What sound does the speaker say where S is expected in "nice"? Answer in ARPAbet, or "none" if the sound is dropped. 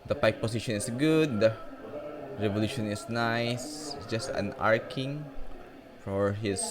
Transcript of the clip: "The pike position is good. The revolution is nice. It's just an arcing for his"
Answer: none